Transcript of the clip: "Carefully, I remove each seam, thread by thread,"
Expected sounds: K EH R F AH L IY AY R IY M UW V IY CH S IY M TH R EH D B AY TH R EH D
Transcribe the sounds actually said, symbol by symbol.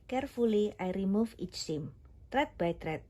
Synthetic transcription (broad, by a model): K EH R F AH L IY AY R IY M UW F IY CH S IY M T R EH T B AY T R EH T